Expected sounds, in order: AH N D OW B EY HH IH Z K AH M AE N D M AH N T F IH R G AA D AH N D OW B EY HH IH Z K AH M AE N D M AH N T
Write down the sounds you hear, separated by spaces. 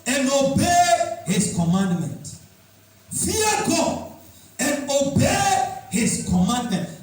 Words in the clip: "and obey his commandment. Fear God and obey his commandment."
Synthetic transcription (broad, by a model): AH N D OW B EY HH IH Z K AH M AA N D M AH N T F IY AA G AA AH N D OW B EY HH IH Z K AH M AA N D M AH N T